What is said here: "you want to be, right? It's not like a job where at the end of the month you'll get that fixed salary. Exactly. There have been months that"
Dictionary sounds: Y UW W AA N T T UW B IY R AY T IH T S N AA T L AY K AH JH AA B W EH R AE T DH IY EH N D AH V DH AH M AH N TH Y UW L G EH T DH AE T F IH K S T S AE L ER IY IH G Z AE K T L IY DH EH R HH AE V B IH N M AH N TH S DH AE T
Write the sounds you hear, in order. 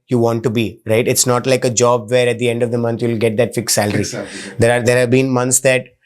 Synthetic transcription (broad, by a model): Y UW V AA N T T UW B IY R AY T IH T S N AA T L AY K AH JH AA B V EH R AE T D IY EH N D AH V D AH M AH N T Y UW L G EH T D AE T F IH K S S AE L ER IY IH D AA T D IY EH R HH AE V B IH N M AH N T S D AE T